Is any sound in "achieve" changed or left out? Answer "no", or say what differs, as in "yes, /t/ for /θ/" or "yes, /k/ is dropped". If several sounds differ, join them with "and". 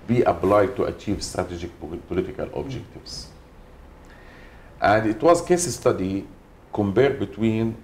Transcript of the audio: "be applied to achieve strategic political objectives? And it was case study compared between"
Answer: no